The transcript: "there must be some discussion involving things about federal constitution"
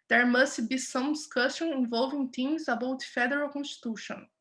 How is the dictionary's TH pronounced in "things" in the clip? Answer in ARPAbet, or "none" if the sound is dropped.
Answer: T